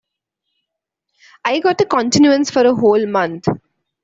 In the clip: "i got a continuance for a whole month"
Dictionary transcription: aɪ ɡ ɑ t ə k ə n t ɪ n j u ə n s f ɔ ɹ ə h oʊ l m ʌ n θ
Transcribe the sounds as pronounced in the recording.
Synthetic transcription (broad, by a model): aɪ ɡ ɑ t ə k ə n t ɪ n j u ə n s f ɔ ɹ ə h oʊ l m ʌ n t